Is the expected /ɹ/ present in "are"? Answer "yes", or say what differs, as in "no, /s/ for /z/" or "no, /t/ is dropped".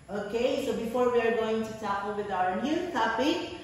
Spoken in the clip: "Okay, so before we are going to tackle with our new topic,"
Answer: yes